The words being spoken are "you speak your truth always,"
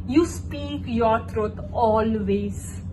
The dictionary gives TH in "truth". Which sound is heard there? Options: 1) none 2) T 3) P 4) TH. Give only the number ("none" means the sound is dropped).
2